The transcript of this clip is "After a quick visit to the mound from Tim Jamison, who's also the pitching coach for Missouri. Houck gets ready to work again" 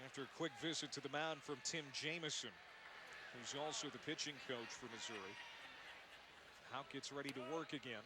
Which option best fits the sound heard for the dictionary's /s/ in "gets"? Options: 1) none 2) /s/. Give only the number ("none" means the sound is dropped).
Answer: 2